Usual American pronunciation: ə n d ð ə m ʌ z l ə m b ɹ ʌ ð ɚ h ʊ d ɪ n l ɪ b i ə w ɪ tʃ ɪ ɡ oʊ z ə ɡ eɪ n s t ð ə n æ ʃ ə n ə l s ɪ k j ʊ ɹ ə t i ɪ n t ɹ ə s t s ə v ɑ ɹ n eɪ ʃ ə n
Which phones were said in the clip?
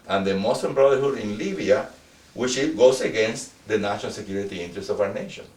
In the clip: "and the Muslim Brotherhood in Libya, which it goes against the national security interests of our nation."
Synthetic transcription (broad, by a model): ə n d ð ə m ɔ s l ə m b ɹ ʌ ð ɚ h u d ɪ n l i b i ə w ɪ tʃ ɪ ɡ oʊ s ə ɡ eɪ n s t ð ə n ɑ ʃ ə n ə l s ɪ k j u ɹ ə t i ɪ n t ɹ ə s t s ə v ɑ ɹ n eɪ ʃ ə n